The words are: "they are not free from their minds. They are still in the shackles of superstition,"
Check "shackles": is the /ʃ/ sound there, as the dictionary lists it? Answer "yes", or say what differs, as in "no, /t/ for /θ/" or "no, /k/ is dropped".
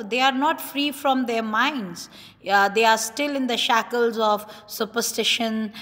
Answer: yes